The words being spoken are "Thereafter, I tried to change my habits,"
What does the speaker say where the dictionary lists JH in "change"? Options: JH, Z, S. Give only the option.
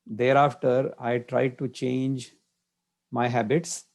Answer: JH